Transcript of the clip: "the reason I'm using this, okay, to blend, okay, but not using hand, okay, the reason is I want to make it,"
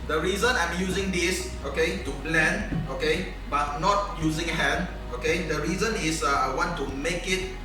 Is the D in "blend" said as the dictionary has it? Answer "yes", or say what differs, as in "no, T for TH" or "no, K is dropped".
no, D is dropped